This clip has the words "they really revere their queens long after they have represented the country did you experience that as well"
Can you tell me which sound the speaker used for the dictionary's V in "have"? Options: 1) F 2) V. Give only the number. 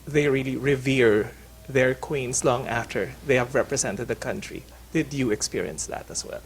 2